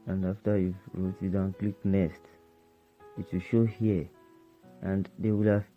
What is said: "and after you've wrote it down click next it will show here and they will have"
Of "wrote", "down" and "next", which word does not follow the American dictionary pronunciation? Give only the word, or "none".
next